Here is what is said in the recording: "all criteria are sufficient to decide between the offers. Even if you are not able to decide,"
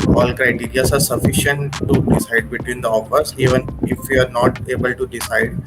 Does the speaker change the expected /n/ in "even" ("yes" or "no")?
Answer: no